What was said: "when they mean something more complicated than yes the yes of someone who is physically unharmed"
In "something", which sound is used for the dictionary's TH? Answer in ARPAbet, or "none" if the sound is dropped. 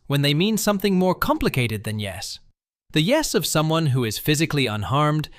TH